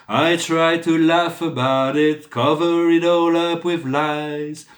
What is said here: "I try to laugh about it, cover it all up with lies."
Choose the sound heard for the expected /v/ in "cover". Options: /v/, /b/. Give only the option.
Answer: /v/